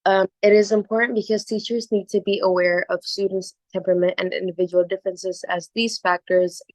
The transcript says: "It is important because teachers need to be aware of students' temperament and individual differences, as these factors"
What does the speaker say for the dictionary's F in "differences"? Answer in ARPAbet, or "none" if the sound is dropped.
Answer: F